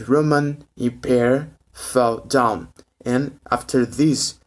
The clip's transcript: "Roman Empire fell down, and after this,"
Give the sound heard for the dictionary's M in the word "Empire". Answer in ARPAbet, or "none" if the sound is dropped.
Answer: none